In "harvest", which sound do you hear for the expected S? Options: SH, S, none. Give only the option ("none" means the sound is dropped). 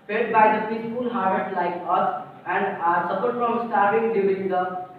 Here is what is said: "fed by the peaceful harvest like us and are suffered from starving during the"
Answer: none